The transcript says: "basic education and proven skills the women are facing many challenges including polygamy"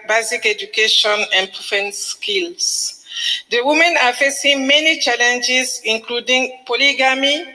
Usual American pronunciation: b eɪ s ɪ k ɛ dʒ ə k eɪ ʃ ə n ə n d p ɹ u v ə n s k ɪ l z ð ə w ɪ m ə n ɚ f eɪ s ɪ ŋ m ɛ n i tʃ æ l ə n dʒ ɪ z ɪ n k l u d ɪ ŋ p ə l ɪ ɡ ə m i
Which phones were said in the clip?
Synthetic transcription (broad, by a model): b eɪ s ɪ k ɛ dʒ ə k eɪ ʃ ə n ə n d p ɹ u f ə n s k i l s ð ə w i m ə n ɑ f eɪ s ɪ ŋ m ɛ n i tʃ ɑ l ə n dʒ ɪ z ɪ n k l u d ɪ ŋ p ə l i ɡ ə m i